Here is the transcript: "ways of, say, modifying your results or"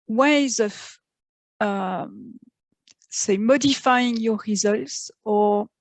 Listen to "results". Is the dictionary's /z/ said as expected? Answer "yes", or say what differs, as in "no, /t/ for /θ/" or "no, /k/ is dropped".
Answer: yes